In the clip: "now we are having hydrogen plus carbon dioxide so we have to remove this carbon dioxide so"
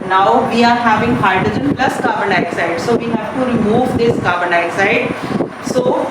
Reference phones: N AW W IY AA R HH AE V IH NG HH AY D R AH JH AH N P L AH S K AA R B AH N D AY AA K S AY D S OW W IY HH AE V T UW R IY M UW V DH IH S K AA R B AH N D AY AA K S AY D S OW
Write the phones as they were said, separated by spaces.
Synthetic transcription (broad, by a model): N AW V IY AA R HH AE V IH NG HH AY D AH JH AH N P L AH S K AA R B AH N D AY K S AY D S OW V IY HH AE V T UW R IY M UW V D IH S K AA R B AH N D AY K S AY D S OW